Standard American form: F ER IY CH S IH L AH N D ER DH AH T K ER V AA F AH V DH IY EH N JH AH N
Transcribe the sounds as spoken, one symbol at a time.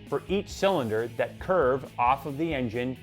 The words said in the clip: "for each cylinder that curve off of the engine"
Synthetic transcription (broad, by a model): F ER IY CH S IH L AH N D ER DH AH T K ER V AA F AH V DH IY EH N JH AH N